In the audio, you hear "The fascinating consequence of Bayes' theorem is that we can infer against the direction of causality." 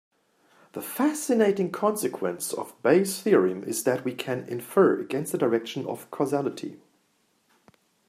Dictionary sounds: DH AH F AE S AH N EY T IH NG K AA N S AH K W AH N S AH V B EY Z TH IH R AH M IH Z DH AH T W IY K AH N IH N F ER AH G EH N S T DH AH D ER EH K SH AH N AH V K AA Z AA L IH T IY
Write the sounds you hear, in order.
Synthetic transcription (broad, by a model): DH AH F AE S AH N EY T IH NG K AA N S AH K W AH N S AH V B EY S TH IH R AH M IH Z DH AH T W IY K AH N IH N F ER AH G EH N S T DH AH D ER EH K SH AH N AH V K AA Z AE L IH T IY